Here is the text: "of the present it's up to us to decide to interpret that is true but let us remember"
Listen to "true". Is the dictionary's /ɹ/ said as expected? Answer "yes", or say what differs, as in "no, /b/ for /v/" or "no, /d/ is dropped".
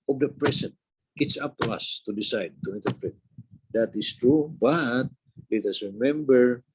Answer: yes